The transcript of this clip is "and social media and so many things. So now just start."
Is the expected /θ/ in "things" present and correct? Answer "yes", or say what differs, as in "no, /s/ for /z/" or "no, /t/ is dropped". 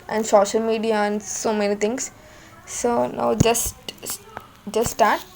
no, /t/ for /θ/